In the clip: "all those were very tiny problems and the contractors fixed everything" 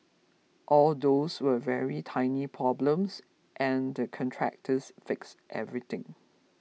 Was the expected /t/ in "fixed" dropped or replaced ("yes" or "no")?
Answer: no